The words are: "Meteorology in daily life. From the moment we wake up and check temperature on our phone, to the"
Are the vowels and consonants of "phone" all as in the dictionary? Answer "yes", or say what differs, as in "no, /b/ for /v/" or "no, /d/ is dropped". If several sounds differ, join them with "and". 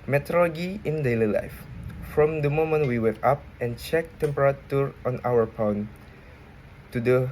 no, /p/ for /f/